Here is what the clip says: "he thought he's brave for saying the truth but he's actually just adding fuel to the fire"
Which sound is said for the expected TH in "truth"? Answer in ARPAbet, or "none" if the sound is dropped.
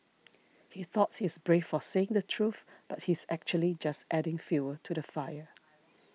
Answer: TH